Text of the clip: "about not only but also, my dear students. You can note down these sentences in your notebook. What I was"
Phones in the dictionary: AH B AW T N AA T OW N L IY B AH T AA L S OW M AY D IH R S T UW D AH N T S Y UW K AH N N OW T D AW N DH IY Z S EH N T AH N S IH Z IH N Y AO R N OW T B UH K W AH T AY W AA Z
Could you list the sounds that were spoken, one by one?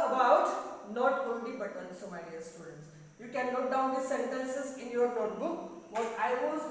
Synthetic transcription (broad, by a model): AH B AW T N AA T OW N L IY B AH T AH N S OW M AY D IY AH S T UW D AH N T S Y UW K AH N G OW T D AW N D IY S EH N T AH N S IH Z IH N Y AO R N OW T B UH K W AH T AY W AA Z